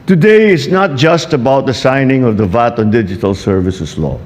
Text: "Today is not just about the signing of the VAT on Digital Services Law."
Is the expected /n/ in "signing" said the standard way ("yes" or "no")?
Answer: yes